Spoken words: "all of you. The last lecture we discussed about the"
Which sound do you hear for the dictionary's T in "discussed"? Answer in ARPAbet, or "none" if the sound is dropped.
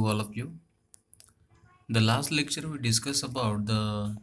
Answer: none